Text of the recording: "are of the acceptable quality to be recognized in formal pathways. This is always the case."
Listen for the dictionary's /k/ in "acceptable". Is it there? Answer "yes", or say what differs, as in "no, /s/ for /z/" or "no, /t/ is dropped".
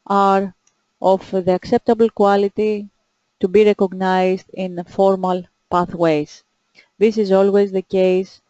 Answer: yes